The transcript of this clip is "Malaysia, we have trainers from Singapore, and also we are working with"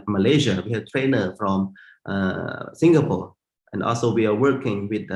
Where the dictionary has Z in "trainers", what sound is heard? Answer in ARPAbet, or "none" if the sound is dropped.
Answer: none